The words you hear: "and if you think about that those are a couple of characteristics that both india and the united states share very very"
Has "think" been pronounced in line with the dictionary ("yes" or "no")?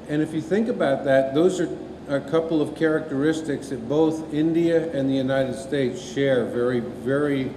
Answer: yes